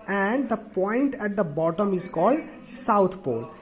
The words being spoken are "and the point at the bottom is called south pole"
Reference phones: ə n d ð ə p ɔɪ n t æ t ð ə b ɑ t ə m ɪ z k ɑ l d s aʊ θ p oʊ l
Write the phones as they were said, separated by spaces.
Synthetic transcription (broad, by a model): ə n d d ə p ɔɪ n t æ t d ə b ɑ t ə m ɪ z k ɑ l d s aʊ t p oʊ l